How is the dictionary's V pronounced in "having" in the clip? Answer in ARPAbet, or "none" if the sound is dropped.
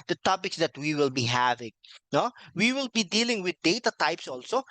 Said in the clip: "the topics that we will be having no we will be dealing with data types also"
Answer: V